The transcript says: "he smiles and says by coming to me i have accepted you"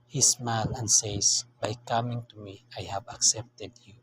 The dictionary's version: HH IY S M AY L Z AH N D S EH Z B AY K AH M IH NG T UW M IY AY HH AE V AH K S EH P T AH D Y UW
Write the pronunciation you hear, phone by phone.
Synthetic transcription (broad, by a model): HH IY S M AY L AH N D S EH S B AY K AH M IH NG T UW M IY AY HH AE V AH K S EH P T AH D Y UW